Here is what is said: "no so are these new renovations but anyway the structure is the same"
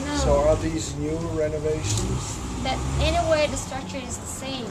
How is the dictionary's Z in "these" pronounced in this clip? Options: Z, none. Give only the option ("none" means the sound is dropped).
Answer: Z